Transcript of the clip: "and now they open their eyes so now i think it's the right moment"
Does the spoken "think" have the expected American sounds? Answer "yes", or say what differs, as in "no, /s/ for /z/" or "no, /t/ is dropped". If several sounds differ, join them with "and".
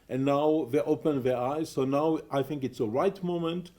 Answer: yes